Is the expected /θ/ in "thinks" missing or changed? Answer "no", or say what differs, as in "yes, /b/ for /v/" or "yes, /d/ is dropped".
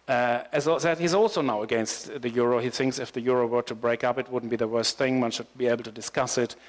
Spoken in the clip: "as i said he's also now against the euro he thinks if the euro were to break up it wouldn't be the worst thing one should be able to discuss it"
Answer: no